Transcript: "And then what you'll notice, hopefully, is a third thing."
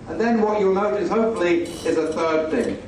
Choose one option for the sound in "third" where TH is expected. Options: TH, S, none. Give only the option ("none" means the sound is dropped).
TH